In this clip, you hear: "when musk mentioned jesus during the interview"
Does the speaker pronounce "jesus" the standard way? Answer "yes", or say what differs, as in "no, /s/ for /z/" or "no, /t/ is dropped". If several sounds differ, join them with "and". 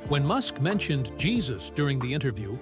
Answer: yes